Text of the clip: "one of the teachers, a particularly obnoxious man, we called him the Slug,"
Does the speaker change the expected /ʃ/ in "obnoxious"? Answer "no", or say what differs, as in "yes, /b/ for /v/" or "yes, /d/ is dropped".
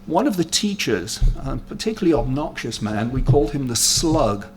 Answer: no